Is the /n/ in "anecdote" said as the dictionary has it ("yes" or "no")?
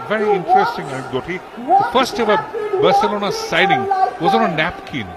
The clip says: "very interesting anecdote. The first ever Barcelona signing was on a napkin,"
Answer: no